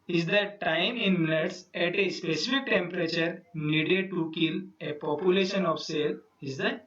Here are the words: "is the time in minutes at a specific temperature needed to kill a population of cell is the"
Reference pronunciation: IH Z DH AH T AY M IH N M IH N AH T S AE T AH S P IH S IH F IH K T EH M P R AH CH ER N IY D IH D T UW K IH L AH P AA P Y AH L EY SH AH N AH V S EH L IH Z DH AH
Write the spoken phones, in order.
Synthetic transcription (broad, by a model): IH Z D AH T AY M IH N M IH N AH T S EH T AH S P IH S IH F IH K T EH M P R AH CH ER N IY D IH T UW K IH L AH P AA P Y AH L EY SH AH N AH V S EH L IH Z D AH